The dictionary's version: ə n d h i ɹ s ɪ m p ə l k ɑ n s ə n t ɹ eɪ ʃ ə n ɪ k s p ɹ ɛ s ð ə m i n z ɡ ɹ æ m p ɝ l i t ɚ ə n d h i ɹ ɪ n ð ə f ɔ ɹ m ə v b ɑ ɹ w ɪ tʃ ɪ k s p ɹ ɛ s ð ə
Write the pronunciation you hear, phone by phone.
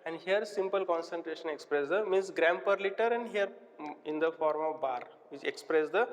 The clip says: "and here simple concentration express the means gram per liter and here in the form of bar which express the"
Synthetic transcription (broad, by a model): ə n d h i ɹ s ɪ m p ə l k ɑ n s ə n t ɹ eɪ ʃ ə n ɪ k s p ɹ ɛ s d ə m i n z ɡ ɹ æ m p ɝ l i t ɚ ə n d h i ɹ ɪ n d ə f ɔ ɹ m ə v b ɑ ɹ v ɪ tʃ ɪ k s p ɹ ɛ s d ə